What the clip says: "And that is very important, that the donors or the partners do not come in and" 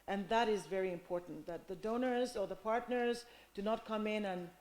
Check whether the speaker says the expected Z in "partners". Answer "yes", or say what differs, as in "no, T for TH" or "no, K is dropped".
yes